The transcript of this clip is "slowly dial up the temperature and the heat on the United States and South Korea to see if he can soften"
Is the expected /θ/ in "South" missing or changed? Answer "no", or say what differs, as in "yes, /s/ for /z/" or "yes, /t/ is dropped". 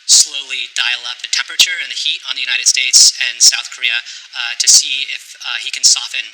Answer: no